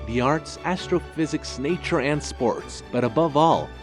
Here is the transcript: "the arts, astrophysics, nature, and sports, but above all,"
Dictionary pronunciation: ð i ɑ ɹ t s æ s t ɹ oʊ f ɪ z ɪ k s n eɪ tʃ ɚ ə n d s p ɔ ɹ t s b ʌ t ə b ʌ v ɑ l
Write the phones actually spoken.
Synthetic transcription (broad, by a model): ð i ɑ ɹ t s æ s t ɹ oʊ f ɪ z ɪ k s n eɪ tʃ ɚ ə n d s p ɔ ɹ t s b ʌ t ə b ʌ v ɑ l